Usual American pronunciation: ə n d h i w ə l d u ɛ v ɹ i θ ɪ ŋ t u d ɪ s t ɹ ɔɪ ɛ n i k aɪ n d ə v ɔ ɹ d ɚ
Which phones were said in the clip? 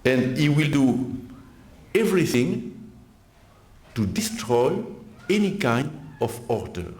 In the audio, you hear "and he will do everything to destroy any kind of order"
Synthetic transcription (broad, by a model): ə n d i w ə l d u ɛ v ɹ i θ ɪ ŋ t u d ɪ s t ɹ ɔɪ ɛ n i k aɪ n d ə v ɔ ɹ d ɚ